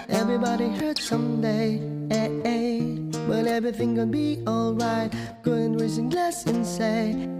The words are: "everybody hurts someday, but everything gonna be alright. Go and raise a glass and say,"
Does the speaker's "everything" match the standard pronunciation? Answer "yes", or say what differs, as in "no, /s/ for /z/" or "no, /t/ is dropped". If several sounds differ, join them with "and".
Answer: yes